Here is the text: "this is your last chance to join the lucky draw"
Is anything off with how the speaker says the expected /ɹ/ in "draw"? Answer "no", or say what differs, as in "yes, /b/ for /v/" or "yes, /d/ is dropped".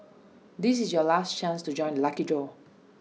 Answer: yes, /ɹ/ is dropped